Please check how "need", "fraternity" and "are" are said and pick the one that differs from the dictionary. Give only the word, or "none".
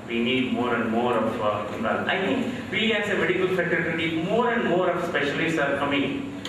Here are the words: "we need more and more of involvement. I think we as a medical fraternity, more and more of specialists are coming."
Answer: fraternity